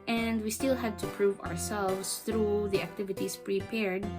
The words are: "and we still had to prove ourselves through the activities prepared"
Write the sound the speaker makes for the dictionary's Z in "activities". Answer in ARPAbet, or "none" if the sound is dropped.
S